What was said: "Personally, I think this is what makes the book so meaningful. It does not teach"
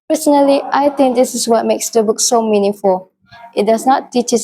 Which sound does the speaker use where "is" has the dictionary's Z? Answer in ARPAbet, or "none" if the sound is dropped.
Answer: S